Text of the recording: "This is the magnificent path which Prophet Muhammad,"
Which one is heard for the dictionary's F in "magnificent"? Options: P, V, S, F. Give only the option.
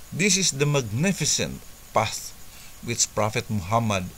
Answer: F